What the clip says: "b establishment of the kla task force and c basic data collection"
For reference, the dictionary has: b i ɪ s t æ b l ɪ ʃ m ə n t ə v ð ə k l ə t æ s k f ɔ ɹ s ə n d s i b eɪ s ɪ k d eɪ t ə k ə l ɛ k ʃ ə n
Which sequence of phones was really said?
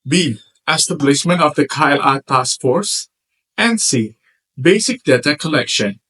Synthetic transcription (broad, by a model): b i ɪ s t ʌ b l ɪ s m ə n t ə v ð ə k l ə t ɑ s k f ɔ ɹ s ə n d s i b eɪ s ɪ k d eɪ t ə k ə l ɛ k ʃ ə n